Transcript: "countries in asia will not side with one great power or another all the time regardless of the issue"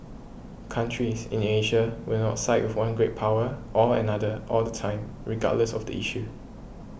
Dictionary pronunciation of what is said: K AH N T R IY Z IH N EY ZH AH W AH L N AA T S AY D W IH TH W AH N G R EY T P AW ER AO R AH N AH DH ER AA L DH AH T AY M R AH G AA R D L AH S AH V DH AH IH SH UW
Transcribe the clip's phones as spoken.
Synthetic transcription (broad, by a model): K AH N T R IY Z IH N EY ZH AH W AH L N AA T S AY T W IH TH W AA N G R EY T P AW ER AO L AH N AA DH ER AA L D AH T AY M R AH G AA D L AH S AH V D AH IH SH UW